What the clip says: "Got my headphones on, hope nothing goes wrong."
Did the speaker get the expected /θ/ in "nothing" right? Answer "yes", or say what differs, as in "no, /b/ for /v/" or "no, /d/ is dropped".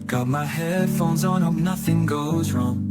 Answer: yes